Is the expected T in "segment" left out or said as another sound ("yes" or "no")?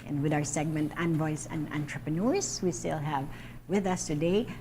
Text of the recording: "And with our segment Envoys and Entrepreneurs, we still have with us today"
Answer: no